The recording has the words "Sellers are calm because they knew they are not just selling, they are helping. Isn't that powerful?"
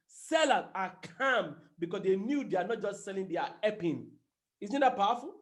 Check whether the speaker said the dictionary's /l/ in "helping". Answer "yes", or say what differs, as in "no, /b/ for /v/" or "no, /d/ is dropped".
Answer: no, /l/ is dropped